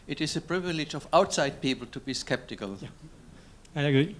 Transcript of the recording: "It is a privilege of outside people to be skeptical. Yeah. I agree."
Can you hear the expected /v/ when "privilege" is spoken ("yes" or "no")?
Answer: yes